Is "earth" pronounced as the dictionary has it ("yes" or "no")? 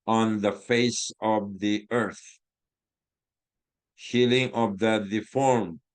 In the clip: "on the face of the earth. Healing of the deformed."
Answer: yes